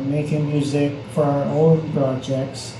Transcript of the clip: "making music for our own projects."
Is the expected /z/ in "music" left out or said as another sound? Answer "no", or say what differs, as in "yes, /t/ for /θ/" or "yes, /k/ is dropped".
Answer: no